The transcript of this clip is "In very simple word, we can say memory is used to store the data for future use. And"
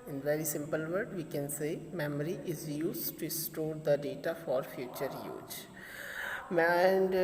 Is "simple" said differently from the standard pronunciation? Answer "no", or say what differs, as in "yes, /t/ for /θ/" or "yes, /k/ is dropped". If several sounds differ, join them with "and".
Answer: no